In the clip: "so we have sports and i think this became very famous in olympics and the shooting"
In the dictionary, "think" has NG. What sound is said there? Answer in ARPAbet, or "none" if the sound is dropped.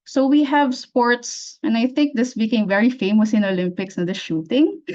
NG